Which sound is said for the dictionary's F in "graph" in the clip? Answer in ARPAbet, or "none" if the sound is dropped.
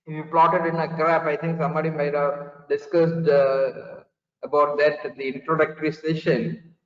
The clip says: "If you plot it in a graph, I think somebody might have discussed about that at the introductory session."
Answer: P